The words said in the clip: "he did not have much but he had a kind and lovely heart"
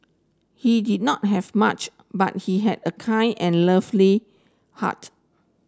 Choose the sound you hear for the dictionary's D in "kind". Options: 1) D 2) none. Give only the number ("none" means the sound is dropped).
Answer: 2